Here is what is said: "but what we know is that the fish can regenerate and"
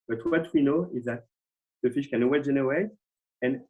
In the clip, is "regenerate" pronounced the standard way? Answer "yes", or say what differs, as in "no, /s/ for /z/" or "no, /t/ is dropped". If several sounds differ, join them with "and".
no, /w/ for /ɹ/